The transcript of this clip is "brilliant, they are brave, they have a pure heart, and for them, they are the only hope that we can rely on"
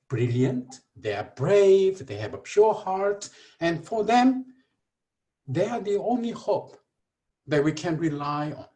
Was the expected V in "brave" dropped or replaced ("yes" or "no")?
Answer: no